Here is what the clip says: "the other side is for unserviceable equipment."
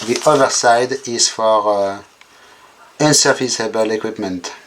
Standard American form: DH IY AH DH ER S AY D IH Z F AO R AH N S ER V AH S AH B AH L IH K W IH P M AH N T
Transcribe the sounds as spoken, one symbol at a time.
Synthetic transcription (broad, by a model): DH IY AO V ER S AY D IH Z F AO R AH N S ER F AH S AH B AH L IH K W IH P M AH N T